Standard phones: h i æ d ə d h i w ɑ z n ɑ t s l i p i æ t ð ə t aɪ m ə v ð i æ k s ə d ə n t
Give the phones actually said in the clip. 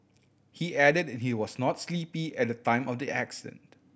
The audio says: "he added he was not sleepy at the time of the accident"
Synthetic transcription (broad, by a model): h i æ d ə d h i w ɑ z n ɑ t s l i p i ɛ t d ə t aɪ m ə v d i æ k s ə d ə n t